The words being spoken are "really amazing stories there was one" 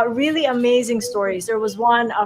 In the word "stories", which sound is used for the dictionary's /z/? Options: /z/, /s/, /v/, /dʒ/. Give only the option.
/z/